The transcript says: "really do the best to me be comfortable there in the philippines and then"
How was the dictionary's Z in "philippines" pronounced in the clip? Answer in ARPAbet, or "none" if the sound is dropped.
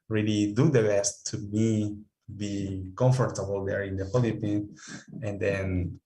none